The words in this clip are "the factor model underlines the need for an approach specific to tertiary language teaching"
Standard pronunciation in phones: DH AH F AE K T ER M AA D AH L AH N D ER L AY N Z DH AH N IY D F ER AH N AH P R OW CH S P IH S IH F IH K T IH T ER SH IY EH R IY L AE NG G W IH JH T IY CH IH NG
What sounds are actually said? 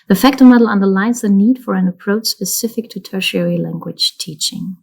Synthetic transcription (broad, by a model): DH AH F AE K T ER M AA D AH L AH N D ER L AY N Z DH AH N IY D F ER AH N AH P R OW CH S P IH S IH F IH K T IH T ER SH IY EH R IY L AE NG G W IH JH T IY CH IH NG